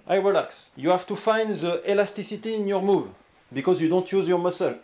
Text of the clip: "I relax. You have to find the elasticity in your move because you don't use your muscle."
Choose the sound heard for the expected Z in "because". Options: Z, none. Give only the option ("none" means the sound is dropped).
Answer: Z